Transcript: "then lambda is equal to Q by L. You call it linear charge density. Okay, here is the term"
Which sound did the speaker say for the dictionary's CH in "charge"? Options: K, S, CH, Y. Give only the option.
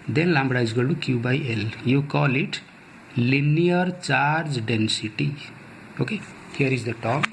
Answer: CH